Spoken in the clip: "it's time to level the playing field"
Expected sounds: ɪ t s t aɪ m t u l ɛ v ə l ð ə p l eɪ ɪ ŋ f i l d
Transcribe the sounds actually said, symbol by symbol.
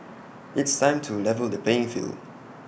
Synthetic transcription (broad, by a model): ɪ t s t aɪ m t u l ɛ v ə l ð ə p eɪ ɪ ŋ f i l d